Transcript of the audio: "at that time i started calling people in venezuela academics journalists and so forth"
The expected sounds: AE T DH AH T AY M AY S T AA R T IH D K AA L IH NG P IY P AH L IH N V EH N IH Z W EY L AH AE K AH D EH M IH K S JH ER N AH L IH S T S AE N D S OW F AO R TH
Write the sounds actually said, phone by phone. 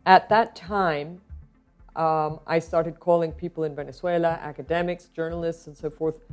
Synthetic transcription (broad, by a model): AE T DH AH T AY M AY S T AA R T IH D K AA L IH NG P IY P L IH N V EH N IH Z W EY L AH AE K AH D EH M IH K S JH ER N L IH S T S N S OW F AO R TH